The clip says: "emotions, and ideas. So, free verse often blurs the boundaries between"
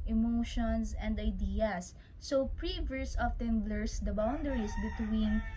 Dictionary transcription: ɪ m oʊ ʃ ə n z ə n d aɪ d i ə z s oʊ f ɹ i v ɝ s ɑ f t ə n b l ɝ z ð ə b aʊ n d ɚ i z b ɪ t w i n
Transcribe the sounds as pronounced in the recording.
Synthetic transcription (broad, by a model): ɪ m oʊ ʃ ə n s ə n d aɪ d i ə s oʊ p ɹ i v ɝ s ɑ f t ə n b l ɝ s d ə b aʊ n d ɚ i s b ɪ t w i n